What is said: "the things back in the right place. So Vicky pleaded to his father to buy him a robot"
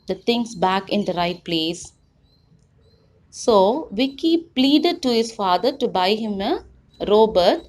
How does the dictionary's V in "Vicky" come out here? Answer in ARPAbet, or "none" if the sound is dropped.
V